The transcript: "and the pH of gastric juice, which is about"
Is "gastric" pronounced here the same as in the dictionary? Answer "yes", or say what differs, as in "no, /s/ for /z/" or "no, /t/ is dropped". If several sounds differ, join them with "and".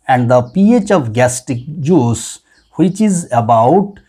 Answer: no, /ɹ/ is dropped